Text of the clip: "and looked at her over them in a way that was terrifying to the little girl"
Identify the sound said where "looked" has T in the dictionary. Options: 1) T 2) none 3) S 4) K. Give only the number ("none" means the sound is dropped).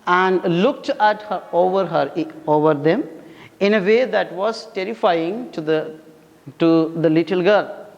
1